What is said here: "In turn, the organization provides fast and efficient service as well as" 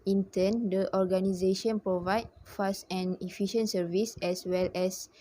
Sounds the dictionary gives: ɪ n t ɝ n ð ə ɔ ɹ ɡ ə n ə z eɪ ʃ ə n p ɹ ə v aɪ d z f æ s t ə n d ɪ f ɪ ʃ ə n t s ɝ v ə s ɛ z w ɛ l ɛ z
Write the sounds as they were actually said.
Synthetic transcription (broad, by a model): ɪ n t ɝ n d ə ɔ ɹ ɡ ə n ə z eɪ ʃ ə n p ɹ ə v aɪ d f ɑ s t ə n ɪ f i ʃ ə n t s ɝ v ə s ɛ s w ɛ l ɛ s